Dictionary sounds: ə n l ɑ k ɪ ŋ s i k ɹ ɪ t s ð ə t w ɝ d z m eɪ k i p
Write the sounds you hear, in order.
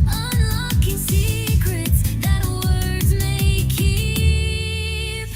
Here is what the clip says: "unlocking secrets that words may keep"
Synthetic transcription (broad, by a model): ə n l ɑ k ɪ ŋ s i k ɹ ɪ t s ð ə t w ɝ d z m eɪ k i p